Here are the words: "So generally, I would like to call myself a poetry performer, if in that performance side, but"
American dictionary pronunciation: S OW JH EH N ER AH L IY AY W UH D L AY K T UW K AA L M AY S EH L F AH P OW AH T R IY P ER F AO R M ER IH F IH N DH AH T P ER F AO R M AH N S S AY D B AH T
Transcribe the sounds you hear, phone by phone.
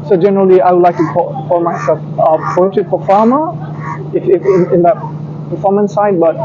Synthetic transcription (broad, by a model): S OW JH EH N ER AH L IY AY W UH D L AY K T UW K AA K M AY S EH L F AH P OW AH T IY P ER F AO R M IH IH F IH N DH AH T P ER F AO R M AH N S S AY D B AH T